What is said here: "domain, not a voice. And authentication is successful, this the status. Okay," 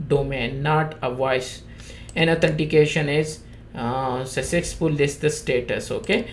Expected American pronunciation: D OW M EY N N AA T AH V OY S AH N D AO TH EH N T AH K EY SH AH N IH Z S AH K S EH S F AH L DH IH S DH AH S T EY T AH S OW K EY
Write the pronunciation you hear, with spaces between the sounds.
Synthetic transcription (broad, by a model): D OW M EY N N AA T AH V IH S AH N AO T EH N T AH K EY SH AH N IH Z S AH S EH S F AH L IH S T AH S T EY T AH S OW K EY